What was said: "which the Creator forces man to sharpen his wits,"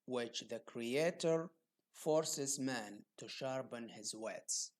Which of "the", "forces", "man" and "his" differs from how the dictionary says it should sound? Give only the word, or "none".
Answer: none